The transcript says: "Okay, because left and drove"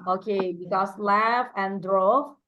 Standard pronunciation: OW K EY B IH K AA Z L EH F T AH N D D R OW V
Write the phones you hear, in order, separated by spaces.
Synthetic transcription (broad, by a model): OW K EY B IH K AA S L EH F AH N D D R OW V